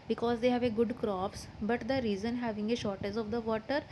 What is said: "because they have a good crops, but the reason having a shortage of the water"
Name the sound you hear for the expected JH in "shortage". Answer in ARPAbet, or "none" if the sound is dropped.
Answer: Z